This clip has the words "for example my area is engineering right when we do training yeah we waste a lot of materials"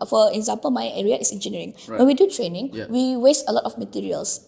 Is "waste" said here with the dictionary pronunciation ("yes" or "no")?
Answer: yes